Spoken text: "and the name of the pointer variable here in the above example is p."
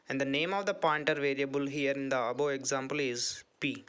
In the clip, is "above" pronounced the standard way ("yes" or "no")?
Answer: no